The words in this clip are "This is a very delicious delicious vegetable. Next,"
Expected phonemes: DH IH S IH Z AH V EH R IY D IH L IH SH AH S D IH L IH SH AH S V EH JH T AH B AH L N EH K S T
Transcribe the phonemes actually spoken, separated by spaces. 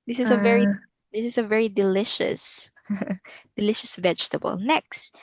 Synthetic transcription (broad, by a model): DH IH S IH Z AH V EH R IY D IH L IH SH AH S D IH L IH SH AH S V EH JH T AH B AH L N EH K S T